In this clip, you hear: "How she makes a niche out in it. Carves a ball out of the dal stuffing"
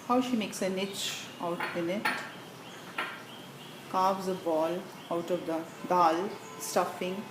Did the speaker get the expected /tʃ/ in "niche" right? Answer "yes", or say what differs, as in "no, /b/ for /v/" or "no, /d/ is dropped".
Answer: yes